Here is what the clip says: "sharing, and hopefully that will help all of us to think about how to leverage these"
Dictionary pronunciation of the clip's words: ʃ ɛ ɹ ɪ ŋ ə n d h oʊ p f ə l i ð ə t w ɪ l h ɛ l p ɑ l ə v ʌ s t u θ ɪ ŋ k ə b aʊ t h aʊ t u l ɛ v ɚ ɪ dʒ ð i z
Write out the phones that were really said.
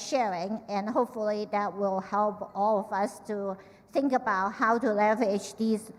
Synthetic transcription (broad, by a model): ʃ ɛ ɹ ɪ ŋ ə n h oʊ p f ə l i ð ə t w ɪ l h ɛ l p ɑ l ə v ʌ s t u θ ɪ ŋ k ə b aʊ t h aʊ t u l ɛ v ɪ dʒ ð i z